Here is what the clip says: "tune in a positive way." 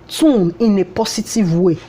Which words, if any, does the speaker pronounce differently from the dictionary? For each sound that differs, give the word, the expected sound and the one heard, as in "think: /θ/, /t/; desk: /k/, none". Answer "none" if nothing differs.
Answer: positive: /z/, /s/